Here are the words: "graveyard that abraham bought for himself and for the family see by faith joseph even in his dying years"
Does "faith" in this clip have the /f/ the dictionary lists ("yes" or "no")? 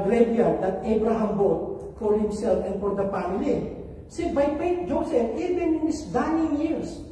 no